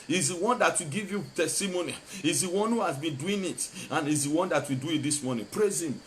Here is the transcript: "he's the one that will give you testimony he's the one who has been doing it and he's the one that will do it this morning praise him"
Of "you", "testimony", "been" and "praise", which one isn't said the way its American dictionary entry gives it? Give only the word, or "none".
none